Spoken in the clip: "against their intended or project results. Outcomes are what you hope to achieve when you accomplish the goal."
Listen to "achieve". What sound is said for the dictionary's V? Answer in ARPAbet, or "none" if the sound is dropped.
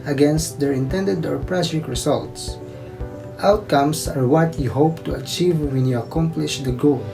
V